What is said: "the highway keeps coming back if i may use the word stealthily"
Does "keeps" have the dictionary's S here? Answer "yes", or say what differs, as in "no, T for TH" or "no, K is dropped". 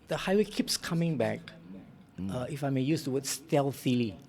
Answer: yes